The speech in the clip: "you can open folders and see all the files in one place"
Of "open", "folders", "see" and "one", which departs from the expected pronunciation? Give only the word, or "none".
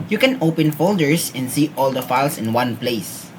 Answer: folders